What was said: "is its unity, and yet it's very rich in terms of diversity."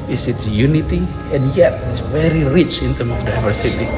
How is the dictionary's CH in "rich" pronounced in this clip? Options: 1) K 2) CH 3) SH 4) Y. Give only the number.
2